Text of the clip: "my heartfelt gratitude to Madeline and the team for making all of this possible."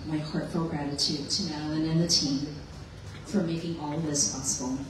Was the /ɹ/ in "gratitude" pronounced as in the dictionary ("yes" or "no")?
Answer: yes